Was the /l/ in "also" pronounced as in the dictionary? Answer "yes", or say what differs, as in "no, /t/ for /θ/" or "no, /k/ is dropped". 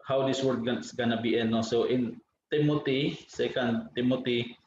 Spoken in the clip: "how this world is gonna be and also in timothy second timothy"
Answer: no, /l/ is dropped